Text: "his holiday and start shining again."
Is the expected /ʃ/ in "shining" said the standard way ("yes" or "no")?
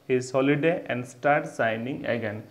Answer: no